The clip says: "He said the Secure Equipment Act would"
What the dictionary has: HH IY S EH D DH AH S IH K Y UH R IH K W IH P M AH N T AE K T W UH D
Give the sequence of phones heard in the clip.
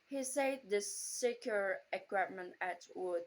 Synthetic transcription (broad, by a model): HH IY S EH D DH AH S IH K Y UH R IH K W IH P M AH N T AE T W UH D